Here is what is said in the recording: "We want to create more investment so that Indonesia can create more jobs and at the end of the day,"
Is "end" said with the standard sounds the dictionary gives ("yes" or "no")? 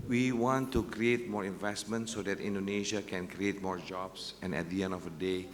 no